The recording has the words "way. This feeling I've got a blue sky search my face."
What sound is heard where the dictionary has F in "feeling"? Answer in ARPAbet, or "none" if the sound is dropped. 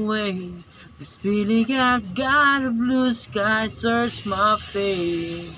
P